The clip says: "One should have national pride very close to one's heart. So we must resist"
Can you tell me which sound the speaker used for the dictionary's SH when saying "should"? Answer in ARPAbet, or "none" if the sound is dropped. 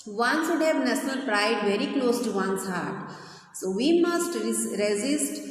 S